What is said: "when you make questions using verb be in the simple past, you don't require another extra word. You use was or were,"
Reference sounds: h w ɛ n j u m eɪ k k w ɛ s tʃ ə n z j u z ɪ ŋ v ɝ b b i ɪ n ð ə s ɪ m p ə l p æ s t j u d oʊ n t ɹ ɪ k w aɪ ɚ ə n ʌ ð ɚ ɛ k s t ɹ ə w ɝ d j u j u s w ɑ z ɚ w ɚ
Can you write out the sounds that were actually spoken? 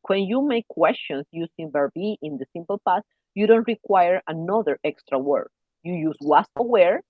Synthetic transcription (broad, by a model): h w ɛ n j u m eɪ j k w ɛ s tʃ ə n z j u s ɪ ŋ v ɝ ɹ b i ɪ n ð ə s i m p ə l p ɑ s j u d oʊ n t ɹ ɪ k w aɪ ɚ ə n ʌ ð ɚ ɛ k s t ɹ ə w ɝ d j u j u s w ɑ s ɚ w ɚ